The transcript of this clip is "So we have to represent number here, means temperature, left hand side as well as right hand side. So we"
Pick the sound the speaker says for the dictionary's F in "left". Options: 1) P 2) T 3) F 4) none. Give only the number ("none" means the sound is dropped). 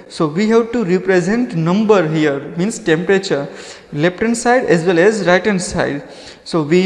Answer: 1